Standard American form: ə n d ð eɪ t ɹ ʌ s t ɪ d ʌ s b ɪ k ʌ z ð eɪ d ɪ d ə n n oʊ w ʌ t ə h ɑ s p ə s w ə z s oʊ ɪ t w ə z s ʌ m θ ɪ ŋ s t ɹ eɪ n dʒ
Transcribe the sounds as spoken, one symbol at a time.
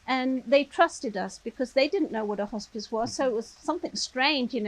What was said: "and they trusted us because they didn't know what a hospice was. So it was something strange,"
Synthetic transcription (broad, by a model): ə n ð eɪ t ɹ ʌ s t ɪ d ʌ s b ɪ k ʌ z ð eɪ d ɪ d n n oʊ w ʌ t ə h ɑ s p ə s w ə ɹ s oʊ ɪ t w ə z s ʌ m θ ɪ ŋ s t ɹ eɪ n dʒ